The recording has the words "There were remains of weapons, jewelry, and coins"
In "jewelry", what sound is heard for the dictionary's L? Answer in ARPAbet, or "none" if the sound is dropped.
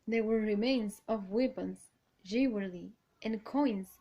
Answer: W